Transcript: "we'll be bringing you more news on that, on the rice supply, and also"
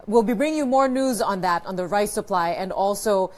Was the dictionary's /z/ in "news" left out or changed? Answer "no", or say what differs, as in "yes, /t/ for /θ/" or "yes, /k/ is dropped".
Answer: no